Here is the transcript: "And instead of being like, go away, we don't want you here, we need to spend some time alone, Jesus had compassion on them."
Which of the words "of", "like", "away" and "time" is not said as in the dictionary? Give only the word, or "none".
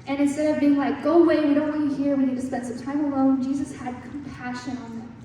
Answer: none